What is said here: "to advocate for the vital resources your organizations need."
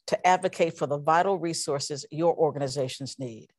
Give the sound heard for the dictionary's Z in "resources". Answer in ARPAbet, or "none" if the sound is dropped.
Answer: Z